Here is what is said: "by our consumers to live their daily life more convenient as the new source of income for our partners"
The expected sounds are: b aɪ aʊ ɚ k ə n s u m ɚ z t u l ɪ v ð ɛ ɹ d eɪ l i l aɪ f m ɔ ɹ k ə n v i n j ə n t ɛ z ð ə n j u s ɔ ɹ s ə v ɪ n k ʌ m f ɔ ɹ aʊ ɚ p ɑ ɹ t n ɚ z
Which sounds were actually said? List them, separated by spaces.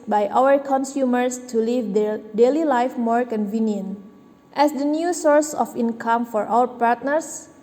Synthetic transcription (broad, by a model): b aɪ aʊ ɚ k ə n s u m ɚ s t u l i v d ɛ d eɪ l i l aɪ f m ɔ ɹ k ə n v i n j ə n t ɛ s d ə n j u s ɔ ɹ s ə f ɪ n k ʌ m f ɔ ɹ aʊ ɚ p ɑ ɹ t n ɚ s